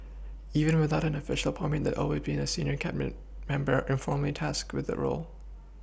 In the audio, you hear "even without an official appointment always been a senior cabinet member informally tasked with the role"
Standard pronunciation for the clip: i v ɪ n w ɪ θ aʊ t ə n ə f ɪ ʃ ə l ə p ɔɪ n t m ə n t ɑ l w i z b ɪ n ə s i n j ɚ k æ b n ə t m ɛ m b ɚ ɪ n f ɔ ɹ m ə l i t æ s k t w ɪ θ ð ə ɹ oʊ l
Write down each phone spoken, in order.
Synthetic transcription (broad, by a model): i v ɪ n w ɪ θ aʊ t ə n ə f ɪ ʃ l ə p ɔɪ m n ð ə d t ɑ l w i z b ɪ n ə s i n j ɚ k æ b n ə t m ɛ m b ɚ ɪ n f ɔ ɹ m l i t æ s k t w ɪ ð ə ɹ oʊ l